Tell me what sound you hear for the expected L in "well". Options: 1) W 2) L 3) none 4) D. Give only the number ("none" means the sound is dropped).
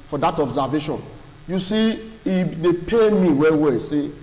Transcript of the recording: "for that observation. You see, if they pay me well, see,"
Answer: 1